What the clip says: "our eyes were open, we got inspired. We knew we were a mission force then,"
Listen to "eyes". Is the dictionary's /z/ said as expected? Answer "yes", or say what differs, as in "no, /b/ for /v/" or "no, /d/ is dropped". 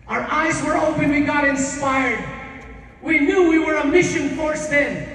yes